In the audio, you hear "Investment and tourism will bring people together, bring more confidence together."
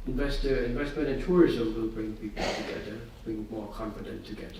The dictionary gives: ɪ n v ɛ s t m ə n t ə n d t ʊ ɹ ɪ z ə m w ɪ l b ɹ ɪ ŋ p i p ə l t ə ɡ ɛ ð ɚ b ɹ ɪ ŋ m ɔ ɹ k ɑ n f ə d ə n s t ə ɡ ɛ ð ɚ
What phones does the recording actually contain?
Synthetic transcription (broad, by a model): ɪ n v ɛ s t m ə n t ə n t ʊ ɹ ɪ z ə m w ɪ l b ɹ ɪ ŋ p i p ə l t ə ɡ ɛ ð ɚ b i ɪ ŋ m ɔ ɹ k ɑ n f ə d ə n t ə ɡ ɛ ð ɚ